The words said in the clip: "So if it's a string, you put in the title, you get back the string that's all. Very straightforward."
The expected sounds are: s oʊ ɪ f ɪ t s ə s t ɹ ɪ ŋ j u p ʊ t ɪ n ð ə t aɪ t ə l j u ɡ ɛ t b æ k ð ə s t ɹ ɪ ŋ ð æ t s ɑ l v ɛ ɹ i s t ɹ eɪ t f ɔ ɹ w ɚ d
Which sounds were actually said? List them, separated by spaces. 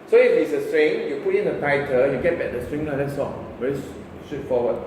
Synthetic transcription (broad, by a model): s oʊ ɪ f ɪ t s ə s t ɹ ɪ ŋ j u p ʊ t ɪ n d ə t aɪ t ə n j u ɡ ɛ t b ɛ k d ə s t ɹ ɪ ŋ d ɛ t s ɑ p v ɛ ɹ i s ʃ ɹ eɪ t f ɔ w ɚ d